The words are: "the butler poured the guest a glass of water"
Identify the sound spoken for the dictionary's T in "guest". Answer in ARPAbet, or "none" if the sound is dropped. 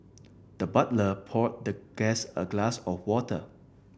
none